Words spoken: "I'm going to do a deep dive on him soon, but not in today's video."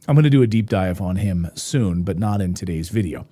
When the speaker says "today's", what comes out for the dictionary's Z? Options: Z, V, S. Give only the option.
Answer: Z